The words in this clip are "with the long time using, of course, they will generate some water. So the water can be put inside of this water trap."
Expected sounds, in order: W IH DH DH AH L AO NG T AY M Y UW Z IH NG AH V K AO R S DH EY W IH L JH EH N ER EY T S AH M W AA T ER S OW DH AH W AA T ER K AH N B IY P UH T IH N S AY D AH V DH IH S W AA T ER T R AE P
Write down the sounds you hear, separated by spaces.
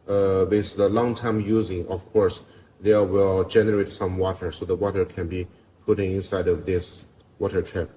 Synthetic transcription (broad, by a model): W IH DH DH AH L AO NG T AY M Y UW Z IH NG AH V K AO R S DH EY W IH L JH EH N ER EY T S AH M W AA T ER S OW DH AH W AA T ER K AH N B IY P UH T IH N S AY D AH V DH IH S W AA T ER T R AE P